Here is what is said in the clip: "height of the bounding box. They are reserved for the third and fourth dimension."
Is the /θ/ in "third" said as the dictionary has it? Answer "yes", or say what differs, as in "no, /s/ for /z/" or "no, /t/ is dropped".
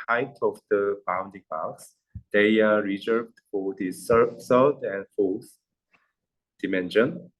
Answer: no, /s/ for /θ/